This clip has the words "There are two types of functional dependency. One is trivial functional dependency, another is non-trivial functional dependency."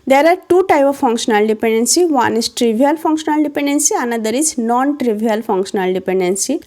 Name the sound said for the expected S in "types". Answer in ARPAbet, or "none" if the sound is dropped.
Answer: none